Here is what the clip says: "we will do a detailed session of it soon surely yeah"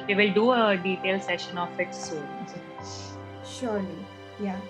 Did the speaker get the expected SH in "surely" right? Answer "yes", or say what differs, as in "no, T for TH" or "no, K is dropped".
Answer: yes